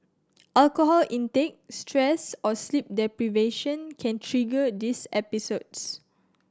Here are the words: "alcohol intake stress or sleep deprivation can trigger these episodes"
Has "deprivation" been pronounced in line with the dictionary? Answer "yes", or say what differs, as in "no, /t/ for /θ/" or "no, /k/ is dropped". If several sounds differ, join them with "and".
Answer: yes